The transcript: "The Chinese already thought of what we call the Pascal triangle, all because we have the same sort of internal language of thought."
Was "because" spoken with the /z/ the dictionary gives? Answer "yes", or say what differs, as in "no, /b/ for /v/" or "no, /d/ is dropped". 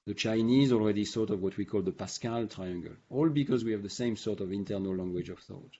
yes